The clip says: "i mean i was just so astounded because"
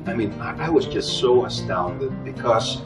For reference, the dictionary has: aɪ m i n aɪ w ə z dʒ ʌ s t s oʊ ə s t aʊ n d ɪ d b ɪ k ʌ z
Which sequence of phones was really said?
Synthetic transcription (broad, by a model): aɪ m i n aɪ w ə z dʒ ʌ s t s oʊ ə s t aʊ n d ɪ d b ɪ k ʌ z